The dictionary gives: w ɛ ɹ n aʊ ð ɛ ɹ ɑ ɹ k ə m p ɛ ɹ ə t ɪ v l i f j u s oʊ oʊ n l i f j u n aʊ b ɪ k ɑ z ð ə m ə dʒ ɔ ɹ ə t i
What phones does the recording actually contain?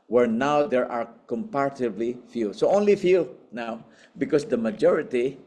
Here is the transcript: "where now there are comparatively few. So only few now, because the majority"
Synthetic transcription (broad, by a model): w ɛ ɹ n aʊ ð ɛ ɹ ɑ ɹ k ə m p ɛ ɹ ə t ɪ b l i f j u s oʊ oʊ n l i f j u n aʊ b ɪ k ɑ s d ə m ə dʒ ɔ ɹ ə t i